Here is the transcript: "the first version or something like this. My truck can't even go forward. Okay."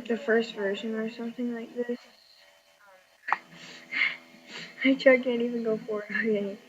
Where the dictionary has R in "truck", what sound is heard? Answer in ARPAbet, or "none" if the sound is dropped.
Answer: none